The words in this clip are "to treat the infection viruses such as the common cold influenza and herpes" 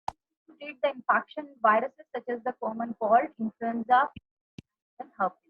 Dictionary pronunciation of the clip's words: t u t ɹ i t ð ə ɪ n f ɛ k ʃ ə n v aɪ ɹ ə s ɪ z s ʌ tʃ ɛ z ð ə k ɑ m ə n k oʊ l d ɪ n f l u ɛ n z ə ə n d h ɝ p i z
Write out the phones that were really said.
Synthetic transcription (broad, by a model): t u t i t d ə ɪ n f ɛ k ʃ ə n v aɪ ɹ ə s ɪ z s ʌ tʃ ɛ z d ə k ɑ m ə n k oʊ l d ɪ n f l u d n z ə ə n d h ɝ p